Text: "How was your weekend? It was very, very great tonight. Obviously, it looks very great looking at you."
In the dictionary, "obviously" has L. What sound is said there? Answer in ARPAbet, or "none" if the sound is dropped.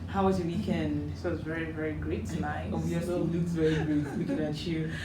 none